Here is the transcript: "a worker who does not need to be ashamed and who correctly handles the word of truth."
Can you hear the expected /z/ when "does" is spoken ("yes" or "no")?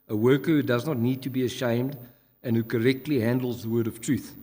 yes